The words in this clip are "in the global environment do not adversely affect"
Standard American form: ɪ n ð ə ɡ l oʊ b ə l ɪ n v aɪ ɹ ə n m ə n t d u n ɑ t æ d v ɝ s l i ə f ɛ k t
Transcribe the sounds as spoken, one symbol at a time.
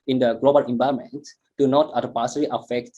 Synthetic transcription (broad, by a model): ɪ n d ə ɡ l oʊ b ə l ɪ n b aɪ ə m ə n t d u n ɑ t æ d p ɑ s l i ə f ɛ k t